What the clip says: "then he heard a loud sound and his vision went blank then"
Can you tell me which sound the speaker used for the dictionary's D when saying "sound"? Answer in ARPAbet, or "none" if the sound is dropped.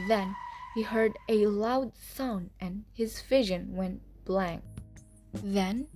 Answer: none